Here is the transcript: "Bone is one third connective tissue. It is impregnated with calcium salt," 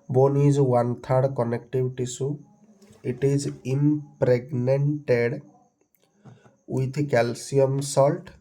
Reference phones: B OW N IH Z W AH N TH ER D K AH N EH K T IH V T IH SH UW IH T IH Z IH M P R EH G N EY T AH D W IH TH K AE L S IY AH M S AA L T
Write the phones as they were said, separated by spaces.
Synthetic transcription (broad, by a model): B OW N IH Z W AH N T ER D K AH N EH K T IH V T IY S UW IH T IH Z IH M P R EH G N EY T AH D W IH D K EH L S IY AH M S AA L T